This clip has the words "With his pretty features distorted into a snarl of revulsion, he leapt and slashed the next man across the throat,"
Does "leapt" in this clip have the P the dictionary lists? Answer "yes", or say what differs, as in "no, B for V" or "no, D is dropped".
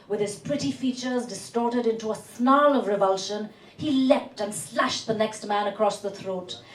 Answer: yes